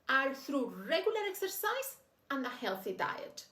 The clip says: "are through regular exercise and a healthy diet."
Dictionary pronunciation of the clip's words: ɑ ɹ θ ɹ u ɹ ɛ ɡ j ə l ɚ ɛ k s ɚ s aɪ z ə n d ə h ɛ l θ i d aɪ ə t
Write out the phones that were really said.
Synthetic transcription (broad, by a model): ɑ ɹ θ ɹ u ɹ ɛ ɡ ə l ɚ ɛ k s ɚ s aɪ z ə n ə h ɛ l θ i d aɪ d